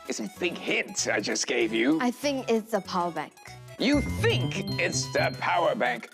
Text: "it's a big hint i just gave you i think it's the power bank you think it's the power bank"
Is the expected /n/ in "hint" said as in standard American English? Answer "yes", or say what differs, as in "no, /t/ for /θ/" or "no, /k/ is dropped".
no, /n/ is dropped